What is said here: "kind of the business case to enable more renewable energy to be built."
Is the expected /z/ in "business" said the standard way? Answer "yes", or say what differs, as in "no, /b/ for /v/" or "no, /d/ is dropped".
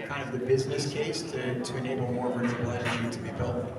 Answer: yes